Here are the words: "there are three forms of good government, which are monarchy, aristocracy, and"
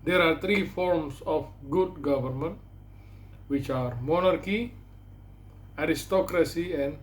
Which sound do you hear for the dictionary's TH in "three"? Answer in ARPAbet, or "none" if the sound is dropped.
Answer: T